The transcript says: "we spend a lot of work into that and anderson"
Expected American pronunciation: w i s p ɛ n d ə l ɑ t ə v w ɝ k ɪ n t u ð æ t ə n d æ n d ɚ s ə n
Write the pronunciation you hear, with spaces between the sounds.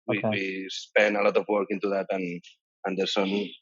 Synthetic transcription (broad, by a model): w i s p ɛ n ə l ɑ t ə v w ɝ k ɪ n t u ð æ t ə n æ n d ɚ s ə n